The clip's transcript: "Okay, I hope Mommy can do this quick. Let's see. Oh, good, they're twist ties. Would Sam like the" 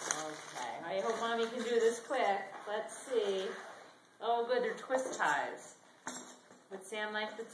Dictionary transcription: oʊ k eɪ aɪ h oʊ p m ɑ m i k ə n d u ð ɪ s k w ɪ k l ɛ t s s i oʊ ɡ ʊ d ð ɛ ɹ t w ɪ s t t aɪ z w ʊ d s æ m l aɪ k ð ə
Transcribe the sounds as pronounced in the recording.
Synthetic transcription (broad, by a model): oʊ k eɪ aɪ h oʊ p m ɑ m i k ə n d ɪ ð ɪ s k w ɪ k l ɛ t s s i oʊ ɡ ʊ d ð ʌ ɹ t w ɪ s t t aɪ z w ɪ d s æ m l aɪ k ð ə